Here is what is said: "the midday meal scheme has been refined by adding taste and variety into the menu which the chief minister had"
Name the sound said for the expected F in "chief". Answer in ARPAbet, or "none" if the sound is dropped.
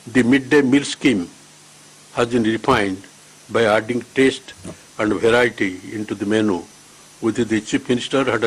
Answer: P